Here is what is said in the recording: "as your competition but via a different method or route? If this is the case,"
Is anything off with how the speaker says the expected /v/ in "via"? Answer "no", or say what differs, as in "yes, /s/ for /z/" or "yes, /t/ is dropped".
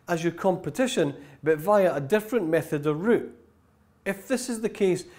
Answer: no